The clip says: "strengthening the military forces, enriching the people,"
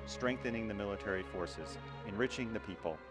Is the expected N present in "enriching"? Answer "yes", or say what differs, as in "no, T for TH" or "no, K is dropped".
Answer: yes